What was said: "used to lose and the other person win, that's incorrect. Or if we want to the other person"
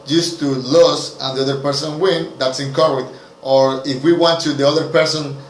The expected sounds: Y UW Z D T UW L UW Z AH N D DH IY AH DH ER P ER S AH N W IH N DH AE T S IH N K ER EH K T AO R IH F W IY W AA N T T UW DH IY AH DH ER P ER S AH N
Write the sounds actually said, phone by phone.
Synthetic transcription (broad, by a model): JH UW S T UW L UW S AH N D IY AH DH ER P ER S AH N W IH N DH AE T S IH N K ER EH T T AO R IH F W IY W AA N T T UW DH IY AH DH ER P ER S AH N